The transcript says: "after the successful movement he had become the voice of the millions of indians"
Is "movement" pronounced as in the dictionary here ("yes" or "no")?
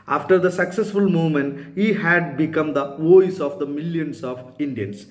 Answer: no